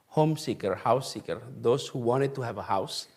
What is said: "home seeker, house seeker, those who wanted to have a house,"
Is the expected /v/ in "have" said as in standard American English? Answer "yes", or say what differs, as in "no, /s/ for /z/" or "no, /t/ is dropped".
yes